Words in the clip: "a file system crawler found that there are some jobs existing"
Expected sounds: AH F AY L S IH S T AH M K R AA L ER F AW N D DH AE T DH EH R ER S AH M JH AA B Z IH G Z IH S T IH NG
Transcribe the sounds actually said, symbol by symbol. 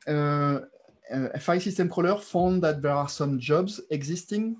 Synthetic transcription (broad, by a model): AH F AY S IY S T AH M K AA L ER F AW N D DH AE T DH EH R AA S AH M JH AA B Z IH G Z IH S T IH NG